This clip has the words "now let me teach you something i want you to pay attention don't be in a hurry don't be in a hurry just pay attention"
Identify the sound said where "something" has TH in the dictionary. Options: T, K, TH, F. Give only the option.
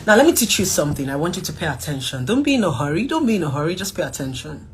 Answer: TH